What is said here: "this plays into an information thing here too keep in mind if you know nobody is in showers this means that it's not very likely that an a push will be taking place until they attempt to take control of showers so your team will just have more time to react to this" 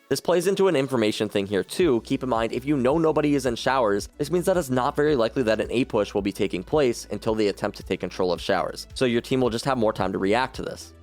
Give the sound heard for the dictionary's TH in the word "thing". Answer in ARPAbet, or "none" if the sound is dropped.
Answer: TH